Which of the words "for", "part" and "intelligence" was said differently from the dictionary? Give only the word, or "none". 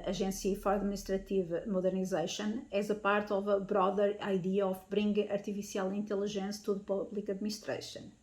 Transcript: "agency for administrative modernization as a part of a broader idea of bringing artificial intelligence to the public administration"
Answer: intelligence